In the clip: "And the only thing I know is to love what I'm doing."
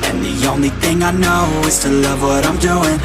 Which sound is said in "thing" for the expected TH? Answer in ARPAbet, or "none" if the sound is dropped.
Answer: TH